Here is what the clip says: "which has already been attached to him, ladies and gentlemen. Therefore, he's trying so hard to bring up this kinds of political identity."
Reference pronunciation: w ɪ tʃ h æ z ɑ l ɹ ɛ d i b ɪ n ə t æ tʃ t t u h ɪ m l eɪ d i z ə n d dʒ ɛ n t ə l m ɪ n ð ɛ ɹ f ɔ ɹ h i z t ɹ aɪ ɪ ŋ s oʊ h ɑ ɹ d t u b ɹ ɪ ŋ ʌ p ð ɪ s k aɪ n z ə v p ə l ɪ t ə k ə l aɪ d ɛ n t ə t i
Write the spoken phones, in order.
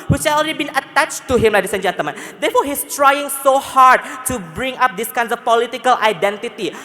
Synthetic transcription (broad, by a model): w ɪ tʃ h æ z ɑ l ɹ ɛ d i b ɪ n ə t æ tʃ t t u h ɪ m l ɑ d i s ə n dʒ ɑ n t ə m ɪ n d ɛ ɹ f ɔ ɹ h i s t ɹ aɪ ɪ ŋ s oʊ h ɑ ɹ d t u b ɹ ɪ ŋ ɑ p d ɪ s k aɪ n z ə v p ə l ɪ t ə k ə l aɪ d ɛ n t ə t i